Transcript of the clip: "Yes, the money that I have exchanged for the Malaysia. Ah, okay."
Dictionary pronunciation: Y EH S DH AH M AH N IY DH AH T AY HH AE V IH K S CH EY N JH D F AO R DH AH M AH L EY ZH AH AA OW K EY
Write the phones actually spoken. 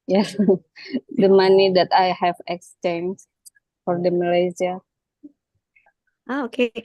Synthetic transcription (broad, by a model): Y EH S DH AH M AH N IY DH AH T AY HH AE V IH K S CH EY N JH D F AO R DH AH M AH L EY Z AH AA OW K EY